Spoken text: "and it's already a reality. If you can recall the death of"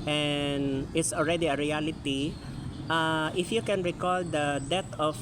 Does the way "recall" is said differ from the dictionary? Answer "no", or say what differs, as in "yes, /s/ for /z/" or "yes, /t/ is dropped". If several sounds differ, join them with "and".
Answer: no